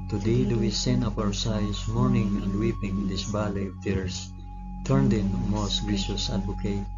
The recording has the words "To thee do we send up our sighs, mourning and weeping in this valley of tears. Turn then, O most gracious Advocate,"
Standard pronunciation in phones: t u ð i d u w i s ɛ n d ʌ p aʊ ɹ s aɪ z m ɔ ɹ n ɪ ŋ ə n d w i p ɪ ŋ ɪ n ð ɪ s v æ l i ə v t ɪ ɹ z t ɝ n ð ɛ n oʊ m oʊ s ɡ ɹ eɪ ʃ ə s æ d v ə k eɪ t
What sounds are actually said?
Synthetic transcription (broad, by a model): t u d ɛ d u w i s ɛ n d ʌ p aʊ ɹ s aɪ s m ɔ ɹ n ɪ ŋ ə n d w i p ɪ ŋ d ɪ s b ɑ l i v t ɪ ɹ s t ɝ n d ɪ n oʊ m oʊ s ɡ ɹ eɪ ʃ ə s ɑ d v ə k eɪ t